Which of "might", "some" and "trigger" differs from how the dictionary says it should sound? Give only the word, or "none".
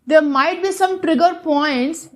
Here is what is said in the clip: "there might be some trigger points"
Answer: none